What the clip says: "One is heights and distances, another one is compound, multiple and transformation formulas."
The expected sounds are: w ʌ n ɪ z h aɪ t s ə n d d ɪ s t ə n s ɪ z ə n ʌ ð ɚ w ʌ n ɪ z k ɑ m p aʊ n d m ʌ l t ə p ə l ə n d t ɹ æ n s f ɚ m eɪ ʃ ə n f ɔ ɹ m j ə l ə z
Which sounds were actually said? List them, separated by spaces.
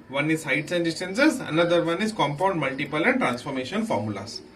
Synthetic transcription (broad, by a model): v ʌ n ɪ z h aɪ t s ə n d d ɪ s t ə n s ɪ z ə n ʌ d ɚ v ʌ n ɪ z k ɑ m p aʊ n d m ʌ l t ə p ə l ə n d t ɹ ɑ n s f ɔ m eɪ ʃ ə n f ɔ ɹ m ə l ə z